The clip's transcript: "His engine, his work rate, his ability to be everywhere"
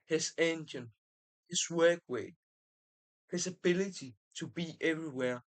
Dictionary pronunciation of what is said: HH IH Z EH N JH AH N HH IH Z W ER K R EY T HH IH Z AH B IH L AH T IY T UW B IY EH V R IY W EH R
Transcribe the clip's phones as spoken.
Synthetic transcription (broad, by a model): HH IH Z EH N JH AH N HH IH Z W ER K W EY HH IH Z AH B IH L AH T IY T UW B IY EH V R IY W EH